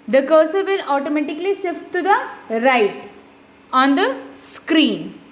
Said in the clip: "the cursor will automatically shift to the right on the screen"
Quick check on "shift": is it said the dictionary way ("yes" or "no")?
no